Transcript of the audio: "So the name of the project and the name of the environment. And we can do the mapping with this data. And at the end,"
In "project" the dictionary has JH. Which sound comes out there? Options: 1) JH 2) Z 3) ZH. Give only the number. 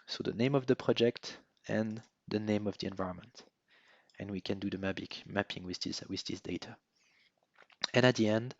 1